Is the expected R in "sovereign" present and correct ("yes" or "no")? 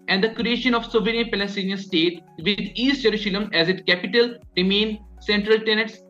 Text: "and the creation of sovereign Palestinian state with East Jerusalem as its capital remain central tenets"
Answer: no